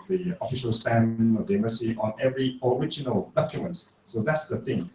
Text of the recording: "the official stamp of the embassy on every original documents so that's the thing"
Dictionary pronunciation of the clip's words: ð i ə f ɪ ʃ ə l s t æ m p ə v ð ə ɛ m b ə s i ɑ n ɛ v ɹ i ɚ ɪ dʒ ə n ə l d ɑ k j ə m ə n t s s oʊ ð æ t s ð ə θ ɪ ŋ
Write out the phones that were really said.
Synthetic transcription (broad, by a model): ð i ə f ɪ ʃ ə l s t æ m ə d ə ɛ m ə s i ɑ n ɛ v ɹ i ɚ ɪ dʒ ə n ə l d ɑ k j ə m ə n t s s oʊ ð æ t s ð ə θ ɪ ŋ